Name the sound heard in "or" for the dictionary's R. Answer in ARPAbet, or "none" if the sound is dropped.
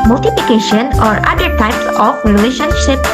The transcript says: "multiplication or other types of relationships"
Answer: R